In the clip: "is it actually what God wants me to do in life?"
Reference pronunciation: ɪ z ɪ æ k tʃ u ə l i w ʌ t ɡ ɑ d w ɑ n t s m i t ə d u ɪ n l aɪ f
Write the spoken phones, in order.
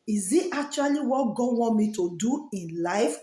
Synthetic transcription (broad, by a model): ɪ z ɪ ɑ k tʃ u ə l i w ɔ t ɡ ɑ d w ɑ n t m i t ə d u ɪ n l aɪ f